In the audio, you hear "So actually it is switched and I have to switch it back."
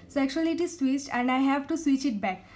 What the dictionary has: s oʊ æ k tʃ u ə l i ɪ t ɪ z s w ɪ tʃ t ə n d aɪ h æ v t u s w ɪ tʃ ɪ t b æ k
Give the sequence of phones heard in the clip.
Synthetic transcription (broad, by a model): s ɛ k ʃ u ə l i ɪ t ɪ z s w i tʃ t ə n d aɪ h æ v t u s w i tʃ ɪ t b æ k